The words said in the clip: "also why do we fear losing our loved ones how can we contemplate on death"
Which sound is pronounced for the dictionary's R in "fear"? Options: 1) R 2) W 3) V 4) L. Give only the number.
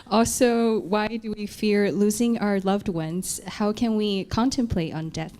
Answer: 1